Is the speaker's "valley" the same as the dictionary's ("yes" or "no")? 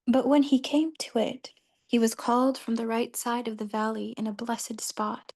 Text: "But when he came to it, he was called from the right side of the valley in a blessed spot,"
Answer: yes